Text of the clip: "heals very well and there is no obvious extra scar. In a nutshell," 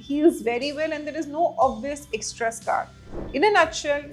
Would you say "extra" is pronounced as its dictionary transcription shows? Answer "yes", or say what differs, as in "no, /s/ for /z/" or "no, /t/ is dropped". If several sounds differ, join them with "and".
yes